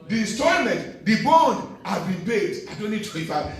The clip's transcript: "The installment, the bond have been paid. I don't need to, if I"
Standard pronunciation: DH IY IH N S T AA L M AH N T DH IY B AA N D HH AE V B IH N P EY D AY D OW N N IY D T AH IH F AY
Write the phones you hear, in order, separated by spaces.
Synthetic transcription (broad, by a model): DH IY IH S T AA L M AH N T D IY B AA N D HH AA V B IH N B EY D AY D OW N N IY D T AH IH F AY